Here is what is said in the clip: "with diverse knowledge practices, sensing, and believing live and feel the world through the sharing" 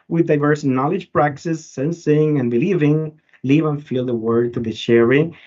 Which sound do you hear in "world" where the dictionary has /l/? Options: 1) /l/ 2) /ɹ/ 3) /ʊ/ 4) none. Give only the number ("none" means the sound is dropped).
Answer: 4